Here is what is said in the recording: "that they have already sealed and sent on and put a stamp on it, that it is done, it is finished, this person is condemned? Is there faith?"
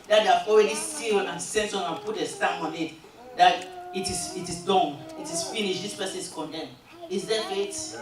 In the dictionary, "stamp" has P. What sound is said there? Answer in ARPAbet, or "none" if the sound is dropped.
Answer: none